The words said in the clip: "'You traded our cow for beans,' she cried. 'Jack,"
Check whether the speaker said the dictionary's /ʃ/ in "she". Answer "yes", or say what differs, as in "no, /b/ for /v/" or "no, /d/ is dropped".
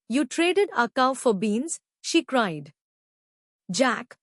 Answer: yes